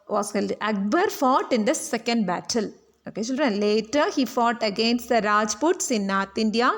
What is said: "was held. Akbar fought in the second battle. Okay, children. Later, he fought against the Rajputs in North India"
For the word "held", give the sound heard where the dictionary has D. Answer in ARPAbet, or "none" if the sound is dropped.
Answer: none